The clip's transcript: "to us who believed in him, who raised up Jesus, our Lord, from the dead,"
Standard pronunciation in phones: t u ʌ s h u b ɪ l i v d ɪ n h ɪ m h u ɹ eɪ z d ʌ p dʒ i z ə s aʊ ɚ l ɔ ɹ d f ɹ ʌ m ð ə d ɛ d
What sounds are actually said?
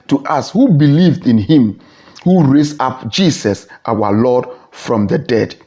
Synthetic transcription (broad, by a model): t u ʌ s h u b ɪ l i v d ɪ n h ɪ m h u ɹ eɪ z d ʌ p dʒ i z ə s aʊ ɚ l ɔ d f ɹ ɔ m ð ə d ɛ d